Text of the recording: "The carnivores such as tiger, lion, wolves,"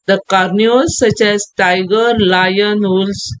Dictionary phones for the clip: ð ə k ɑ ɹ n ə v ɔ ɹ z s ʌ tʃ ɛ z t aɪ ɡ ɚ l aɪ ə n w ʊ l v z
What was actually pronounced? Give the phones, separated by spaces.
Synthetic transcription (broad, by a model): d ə k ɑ ɹ n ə ɔ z s ʌ tʃ ɛ z t aɪ ɡ ɚ l aɪ ə n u l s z